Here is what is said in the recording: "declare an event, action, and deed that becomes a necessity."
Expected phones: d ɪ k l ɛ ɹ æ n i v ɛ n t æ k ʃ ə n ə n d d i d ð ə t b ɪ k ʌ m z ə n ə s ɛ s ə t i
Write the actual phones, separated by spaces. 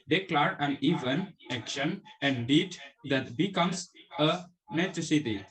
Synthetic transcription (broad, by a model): d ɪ k l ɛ ɹ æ n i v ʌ n æ k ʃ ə n ə n d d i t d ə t b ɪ k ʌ m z ə n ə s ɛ s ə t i